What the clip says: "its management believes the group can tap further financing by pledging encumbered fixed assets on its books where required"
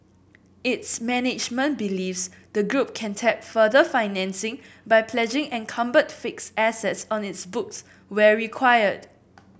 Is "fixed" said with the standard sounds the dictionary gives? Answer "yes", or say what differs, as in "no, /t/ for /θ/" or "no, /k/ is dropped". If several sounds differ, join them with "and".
no, /t/ is dropped